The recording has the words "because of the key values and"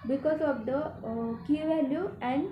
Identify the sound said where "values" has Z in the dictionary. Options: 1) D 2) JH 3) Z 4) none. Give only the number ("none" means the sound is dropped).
4